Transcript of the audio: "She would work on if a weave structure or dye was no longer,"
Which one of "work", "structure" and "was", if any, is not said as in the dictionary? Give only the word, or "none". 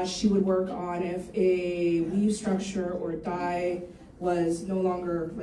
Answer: none